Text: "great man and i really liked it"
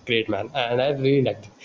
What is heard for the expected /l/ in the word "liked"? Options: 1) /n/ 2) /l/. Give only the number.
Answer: 1